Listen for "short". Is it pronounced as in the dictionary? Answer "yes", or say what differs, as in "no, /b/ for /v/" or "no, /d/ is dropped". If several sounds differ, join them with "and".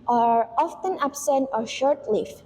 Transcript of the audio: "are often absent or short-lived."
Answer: yes